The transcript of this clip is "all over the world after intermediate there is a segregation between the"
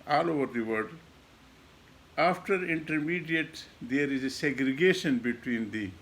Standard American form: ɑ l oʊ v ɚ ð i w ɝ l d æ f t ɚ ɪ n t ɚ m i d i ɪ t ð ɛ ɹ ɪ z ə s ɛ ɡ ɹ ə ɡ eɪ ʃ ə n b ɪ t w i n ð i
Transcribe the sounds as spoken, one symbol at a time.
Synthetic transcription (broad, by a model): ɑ l oʊ v ɚ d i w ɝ d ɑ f t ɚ ɪ n t ɚ m i d i ɪ t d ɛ ɹ ɪ z ə s ɛ ɡ ɹ ə ɡ eɪ ʃ ə n b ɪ t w i n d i